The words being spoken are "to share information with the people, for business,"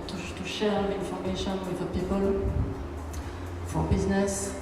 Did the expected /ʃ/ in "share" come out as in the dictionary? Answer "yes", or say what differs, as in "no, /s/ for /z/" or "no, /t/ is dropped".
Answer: yes